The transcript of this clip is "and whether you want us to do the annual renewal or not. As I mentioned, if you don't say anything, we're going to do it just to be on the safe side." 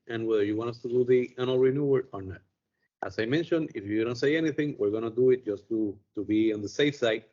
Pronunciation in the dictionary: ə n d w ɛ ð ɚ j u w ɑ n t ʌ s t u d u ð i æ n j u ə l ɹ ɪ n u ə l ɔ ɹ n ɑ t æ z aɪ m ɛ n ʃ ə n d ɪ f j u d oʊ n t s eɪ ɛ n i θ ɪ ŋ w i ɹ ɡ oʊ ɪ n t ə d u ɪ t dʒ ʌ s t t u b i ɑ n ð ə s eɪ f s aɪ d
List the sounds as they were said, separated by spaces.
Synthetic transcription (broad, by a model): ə n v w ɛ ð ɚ j u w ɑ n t ʌ s t u d u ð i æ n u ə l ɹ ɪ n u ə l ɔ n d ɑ t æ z aɪ m ɛ n ʃ ə n d ɪ f j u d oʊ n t s eɪ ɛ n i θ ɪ ŋ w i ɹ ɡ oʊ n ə d u ɪ t dʒ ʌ s t t u b i ɑ n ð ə s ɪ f s aɪ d